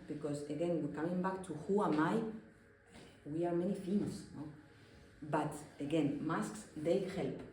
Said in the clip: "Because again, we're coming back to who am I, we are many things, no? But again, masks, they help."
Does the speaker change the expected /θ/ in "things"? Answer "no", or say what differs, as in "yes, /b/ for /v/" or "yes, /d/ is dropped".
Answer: yes, /f/ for /θ/